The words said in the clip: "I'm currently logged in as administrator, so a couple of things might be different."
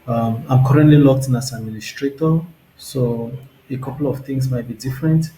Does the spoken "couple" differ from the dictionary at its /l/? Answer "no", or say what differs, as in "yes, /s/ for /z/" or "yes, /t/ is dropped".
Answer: no